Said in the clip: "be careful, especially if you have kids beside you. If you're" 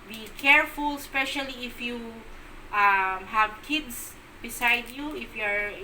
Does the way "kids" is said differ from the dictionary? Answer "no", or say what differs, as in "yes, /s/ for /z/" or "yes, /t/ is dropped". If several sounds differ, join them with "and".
yes, /s/ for /z/